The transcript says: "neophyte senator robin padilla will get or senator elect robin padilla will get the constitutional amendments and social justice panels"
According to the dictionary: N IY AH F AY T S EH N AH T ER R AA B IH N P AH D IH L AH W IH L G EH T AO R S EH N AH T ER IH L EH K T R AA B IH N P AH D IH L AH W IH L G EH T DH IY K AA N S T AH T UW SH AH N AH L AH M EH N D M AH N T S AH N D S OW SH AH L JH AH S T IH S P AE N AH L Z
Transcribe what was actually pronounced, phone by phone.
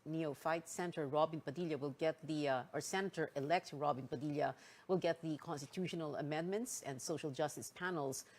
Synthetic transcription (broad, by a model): N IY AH F AY T S EH N T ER R AA B IH N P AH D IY L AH W IH L G EH T AO R S EH N AH T ER IH L EH K T R AA B IH N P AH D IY L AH W IH L G EH T DH IY K AA N S T AH T UW SH AH N AH L AH M EH N D M AH N T S AH N D S OW SH AH L JH AH S T IH S P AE N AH L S